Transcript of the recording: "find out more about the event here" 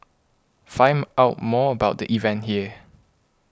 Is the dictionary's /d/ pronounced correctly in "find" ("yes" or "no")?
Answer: no